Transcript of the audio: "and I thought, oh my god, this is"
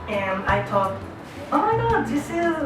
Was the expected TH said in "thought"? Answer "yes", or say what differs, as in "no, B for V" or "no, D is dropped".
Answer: no, T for TH